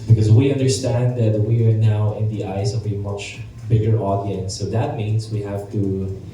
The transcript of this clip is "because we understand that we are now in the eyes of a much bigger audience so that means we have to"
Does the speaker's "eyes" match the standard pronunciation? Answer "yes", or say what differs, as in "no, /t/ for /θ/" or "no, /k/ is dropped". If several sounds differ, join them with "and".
no, /s/ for /z/